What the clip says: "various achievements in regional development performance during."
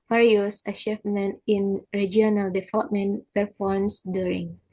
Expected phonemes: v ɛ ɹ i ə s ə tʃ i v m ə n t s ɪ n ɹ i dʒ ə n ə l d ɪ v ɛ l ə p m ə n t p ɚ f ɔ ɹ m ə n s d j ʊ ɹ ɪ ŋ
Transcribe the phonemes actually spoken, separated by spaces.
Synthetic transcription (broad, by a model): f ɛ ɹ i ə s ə ʃ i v m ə n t ɪ n ɹ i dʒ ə n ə l d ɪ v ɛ l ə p m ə n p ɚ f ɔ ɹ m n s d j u ɹ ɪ ŋ